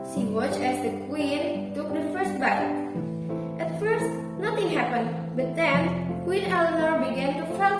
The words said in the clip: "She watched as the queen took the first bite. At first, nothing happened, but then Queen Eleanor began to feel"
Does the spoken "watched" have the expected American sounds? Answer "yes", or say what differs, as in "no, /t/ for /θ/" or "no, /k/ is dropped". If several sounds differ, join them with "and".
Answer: no, /t/ is dropped